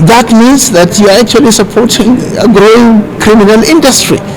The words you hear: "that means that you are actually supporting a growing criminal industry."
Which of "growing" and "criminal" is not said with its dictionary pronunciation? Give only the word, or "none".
none